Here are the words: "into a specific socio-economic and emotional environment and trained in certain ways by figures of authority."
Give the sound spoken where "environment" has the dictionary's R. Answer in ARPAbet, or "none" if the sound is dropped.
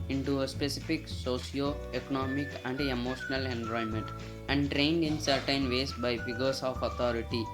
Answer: none